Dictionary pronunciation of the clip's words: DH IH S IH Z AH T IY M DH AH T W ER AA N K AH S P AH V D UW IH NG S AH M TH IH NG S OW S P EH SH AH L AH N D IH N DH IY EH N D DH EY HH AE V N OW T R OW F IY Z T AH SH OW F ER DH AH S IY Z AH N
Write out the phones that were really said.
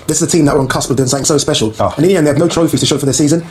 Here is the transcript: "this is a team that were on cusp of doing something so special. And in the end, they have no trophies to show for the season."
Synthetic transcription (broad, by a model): DH IH S IH Z AH T IY M DH AH T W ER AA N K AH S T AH B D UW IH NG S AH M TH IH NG S OW S P EH SH AH L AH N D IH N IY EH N DH EY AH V N OW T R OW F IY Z T AH SH OW F ER DH AH S IY Z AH N